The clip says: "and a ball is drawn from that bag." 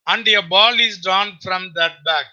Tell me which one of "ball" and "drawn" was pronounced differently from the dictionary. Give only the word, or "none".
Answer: drawn